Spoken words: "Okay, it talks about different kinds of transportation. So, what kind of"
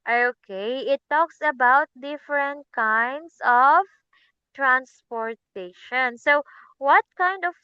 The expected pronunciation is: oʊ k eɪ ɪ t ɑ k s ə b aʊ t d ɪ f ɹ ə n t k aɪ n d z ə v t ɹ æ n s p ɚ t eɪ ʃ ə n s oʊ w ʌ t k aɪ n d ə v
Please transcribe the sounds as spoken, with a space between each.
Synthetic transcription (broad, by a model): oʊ k eɪ ɪ t ɑ k s ə b aʊ t d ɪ f ɹ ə n t k aɪ n d s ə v t ɹ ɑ n s p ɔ t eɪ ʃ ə n s oʊ w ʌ t k aɪ n d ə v